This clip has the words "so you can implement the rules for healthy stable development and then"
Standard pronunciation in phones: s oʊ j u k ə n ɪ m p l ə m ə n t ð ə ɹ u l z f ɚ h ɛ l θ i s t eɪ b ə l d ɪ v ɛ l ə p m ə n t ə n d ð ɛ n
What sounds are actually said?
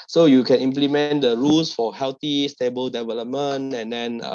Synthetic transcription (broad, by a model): s oʊ j u k ə n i m p l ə m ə n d ə ɹ u l s f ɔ h ɛ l t i s t eɪ b ə l d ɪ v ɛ l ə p m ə n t ə n d ɛ n